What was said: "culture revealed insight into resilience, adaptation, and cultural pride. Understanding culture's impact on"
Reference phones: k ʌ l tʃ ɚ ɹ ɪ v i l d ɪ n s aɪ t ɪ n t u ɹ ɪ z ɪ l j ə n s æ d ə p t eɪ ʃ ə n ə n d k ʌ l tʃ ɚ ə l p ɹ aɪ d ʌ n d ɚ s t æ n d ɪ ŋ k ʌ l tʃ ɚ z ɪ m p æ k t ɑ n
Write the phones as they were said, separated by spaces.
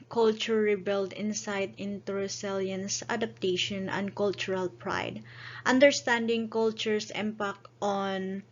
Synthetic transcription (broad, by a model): k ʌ l tʃ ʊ ɹ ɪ b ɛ l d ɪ n s aɪ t ɪ n t u ɹ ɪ s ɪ l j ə n s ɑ d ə p t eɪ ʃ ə n ə n d k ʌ l tʃ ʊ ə l p ɹ aɪ d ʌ n d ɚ s t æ n d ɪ ŋ k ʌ l tʃ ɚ s ɪ m p æ k t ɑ n